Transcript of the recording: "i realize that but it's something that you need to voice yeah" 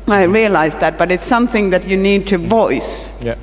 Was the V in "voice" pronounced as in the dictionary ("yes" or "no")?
yes